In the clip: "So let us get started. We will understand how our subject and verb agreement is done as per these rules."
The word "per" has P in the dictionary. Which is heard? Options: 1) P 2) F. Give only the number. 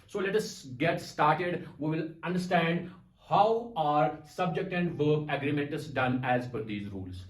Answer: 2